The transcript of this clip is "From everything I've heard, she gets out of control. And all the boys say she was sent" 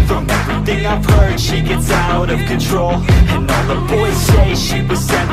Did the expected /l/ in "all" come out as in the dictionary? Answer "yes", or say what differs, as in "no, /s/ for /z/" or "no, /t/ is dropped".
no, /n/ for /l/